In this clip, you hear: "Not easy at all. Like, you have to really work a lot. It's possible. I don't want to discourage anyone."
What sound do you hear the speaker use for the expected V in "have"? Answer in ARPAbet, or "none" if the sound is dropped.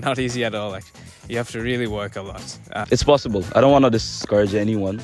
F